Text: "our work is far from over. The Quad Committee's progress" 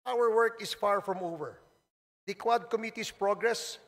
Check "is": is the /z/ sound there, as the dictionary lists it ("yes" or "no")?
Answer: no